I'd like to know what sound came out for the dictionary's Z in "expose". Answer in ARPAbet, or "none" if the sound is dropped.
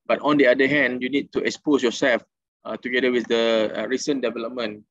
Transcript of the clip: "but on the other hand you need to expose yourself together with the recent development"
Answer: S